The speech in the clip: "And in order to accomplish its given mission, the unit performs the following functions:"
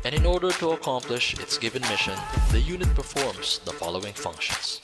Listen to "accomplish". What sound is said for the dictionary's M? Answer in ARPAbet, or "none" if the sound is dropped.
M